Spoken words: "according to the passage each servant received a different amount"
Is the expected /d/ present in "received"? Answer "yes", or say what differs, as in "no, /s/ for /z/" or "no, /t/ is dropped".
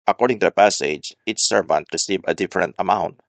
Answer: no, /d/ is dropped